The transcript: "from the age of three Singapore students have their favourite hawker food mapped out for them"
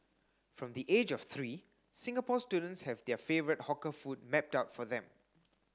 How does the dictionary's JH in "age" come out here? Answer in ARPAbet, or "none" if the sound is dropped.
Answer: JH